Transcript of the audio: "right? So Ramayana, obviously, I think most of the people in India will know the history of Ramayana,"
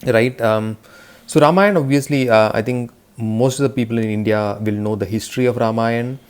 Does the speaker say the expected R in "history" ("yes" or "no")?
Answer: yes